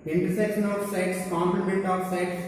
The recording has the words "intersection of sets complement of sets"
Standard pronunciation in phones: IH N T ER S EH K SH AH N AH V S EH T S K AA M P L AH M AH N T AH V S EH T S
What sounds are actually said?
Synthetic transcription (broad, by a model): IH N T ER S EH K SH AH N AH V S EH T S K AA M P AH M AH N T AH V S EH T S